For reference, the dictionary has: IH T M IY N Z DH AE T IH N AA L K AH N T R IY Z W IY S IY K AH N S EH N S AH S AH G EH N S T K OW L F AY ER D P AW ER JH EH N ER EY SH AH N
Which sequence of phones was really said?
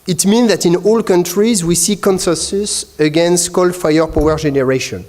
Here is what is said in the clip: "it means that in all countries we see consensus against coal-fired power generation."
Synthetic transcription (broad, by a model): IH T M IY N Z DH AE T IH N AA L K AH N T R IY Z W IY S IY K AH N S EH S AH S AH G EH N S T K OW L F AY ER P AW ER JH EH N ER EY SH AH N